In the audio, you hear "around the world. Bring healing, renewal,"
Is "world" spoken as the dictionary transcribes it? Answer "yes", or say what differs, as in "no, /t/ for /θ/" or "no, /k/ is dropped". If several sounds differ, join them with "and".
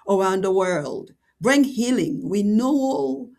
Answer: yes